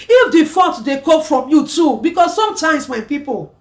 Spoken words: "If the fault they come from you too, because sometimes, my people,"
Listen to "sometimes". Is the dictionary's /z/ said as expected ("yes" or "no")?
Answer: no